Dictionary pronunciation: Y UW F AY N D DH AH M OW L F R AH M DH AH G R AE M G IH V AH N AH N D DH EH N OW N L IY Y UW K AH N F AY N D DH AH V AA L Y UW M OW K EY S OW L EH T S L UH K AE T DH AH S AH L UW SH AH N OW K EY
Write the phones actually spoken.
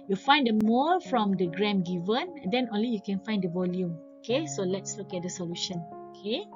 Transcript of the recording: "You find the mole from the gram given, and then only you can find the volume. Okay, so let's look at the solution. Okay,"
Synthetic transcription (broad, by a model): Y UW F AY N D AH M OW F R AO M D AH G R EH M G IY V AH N AH N D EH N OW N L IY Y UW K AH N F AY N D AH V AA L Y UW M OW K EY S OW L EH T S L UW K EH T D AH S AH L UW SH AH N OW K EY